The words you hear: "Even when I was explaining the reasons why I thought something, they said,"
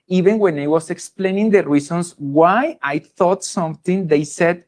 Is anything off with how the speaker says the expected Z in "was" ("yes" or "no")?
yes